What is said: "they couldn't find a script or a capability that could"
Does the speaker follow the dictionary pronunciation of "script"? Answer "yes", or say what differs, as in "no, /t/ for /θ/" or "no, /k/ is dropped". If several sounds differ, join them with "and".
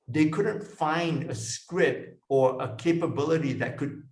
no, /p/ is dropped